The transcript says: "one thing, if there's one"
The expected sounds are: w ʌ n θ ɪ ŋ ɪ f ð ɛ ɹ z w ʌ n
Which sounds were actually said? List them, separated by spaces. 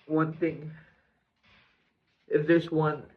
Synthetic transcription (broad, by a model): w ʌ n θ ɪ ŋ ɪ f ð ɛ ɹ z w ʌ n